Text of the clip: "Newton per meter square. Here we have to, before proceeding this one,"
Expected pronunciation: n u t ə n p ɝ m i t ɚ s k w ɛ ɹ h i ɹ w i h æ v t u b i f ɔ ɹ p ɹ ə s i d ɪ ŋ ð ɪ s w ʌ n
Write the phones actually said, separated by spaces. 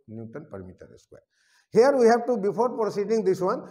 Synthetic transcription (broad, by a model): n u t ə n p ɝ m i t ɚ s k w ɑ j h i ɹ w i h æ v t u b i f ɔ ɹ p ɹ ə s i d ɪ ŋ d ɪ s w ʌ n